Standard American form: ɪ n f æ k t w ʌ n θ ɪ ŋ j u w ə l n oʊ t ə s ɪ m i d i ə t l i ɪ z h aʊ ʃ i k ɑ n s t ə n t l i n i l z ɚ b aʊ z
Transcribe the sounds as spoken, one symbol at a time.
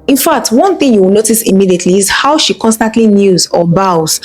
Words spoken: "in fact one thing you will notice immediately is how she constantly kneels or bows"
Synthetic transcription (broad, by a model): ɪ n f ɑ k t w ʌ n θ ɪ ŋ j u w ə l n oʊ t ə s ɪ m i d i ə t l i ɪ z h aʊ ʃ i k ɑ n s t ə n t l i n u z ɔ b aʊ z